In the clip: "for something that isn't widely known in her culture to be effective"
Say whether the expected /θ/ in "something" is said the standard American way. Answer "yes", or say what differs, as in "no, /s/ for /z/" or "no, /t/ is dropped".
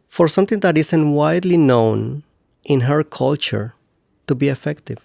no, /t/ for /θ/